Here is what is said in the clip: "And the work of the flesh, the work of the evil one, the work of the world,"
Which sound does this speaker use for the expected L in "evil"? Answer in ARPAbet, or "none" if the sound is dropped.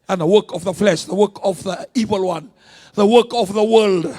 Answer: L